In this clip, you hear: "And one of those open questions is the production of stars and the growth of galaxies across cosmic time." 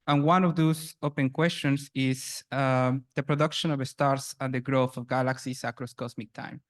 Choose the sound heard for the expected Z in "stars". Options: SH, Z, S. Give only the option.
S